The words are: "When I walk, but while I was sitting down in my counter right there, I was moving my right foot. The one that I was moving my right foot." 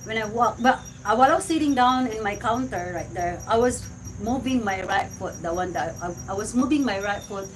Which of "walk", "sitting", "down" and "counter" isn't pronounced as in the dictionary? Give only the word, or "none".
none